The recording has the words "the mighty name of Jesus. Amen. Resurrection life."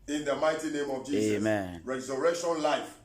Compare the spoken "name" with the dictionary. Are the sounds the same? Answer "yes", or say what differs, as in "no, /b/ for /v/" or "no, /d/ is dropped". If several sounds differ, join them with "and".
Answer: yes